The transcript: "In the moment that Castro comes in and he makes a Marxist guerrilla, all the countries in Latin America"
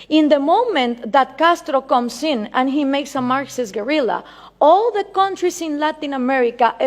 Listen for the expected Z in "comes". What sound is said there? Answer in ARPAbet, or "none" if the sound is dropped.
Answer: S